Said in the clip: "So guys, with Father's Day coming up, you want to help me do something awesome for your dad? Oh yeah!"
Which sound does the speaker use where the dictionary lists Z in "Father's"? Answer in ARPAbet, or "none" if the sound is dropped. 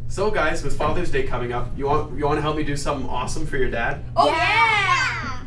Z